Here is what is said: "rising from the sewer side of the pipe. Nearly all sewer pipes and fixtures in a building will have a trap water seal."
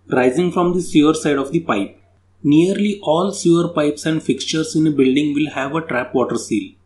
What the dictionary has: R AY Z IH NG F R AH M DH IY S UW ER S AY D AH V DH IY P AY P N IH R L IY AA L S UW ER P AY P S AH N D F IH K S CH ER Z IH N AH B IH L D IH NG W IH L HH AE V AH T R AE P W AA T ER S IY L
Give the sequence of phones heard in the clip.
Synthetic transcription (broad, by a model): R AY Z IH NG F R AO M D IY S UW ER S AY D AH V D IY P AY P N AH R L IY AA L S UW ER P AY P S AH N D F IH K S CH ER S IH N AH B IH L D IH NG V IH L HH AE V AH T R AE P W AA T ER S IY L